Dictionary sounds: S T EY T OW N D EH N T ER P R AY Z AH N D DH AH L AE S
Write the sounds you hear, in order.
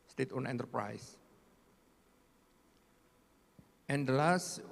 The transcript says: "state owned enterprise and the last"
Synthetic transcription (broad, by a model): S T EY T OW N EH N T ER P R AY S AH N D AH L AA S